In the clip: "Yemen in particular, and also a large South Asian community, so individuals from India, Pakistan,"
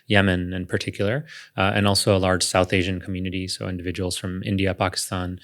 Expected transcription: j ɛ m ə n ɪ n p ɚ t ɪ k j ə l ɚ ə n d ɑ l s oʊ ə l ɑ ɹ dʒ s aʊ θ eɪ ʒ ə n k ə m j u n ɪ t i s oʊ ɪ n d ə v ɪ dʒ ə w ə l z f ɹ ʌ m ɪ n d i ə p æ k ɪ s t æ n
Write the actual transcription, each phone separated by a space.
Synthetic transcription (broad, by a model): j ɛ m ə n ɪ n p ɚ t ɪ k j l ɚ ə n ɑ l s oʊ ə l ɑ ɹ dʒ s aʊ θ eɪ ʒ ə n k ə m j u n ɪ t i s oʊ ɪ n d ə v ɪ dʒ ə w l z f ɹ ʌ m ɪ n d i ə p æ k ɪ s t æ n